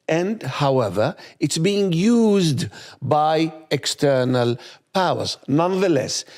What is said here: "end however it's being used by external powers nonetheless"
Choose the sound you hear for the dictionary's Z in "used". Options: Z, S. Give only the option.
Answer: Z